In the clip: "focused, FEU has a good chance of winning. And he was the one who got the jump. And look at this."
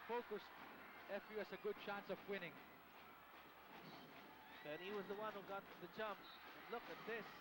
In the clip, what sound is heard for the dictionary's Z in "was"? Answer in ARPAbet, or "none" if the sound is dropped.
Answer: Z